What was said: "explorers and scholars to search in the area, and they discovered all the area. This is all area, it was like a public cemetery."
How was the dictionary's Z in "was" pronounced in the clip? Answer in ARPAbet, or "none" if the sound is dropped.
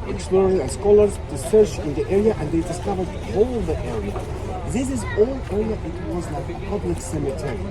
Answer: Z